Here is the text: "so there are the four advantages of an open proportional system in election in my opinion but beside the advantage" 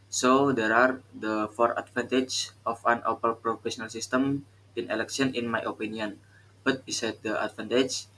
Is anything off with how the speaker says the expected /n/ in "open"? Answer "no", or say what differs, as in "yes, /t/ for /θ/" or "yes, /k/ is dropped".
yes, /l/ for /n/